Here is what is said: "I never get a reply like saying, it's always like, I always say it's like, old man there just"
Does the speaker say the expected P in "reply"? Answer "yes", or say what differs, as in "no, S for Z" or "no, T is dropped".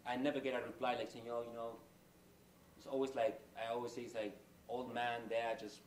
no, B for P